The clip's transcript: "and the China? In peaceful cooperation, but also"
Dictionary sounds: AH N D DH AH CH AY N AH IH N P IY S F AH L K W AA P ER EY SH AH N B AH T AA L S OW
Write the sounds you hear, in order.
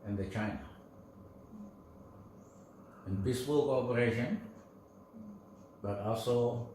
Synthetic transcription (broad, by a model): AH N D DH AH CH AY N AH IH N B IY S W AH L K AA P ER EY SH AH N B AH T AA L S OW